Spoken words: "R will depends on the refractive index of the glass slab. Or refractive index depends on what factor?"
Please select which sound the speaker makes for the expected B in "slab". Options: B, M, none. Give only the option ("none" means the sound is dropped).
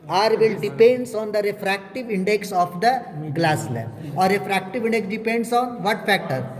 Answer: none